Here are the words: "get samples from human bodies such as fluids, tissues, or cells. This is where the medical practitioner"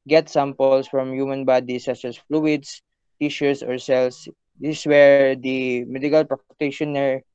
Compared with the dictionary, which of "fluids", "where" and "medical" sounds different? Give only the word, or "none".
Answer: fluids